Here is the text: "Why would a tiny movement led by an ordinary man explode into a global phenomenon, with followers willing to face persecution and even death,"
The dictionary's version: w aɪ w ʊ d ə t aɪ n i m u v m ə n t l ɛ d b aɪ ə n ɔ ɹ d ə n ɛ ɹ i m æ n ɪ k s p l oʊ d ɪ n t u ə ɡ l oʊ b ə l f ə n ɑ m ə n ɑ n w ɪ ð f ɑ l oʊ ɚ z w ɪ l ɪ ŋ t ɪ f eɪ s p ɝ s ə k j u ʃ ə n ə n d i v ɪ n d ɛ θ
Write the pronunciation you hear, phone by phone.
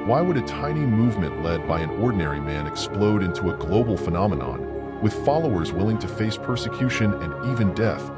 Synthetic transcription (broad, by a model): w aɪ w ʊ d ə t aɪ n i m u v m ə n t l ɛ d b aɪ ə n ɔ ɹ d n ɛ ɹ i m æ n ɪ k s p l oʊ d ɪ n t u ə ɡ l oʊ b l f ə n ɑ m ə n ɑ n w ɪ ð f ɑ l oʊ ɚ z w ɪ l ɪ ŋ t ɪ f eɪ s p ɝ s ə k j u ʃ ə n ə n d i v ɪ n d ɛ θ